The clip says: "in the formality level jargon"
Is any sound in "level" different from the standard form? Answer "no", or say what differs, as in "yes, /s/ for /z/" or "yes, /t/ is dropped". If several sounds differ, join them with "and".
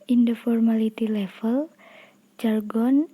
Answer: yes, /f/ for /v/